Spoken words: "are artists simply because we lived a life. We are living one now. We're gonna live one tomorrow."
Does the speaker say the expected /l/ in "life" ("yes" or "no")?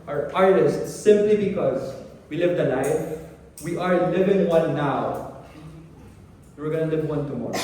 no